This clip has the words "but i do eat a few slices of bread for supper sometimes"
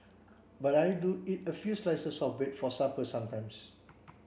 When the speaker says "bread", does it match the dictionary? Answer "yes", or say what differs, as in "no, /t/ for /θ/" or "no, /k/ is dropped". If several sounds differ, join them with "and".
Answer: no, /ɹ/ is dropped